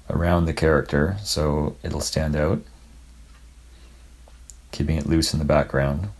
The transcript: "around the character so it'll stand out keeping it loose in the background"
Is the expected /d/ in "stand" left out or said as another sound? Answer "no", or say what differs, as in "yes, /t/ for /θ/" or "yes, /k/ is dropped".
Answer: no